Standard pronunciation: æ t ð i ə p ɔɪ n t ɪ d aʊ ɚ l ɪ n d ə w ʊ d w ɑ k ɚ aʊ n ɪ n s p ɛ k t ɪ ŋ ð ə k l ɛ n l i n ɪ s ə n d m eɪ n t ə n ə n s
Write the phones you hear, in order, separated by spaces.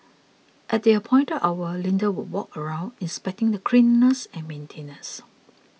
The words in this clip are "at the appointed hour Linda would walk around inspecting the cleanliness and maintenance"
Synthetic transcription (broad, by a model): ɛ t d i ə p ɔɪ n t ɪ aʊ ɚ l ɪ n d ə w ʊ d w ɑ k ɚ aʊ n ɪ n s p ɛ k t ɪ ŋ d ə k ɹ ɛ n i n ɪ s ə n m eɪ n t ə n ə s